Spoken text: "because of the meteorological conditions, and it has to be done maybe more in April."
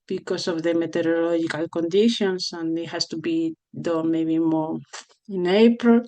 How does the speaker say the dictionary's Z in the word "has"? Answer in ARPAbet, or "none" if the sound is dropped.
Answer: S